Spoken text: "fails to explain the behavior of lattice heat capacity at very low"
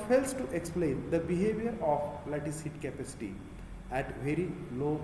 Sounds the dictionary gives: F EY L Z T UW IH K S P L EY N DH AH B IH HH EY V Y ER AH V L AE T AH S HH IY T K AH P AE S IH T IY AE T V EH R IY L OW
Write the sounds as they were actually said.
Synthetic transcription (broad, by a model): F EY L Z T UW IH K S P L EY N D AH B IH HH EY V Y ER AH P L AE T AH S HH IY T K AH P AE S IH T IY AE T V EH R IY L OW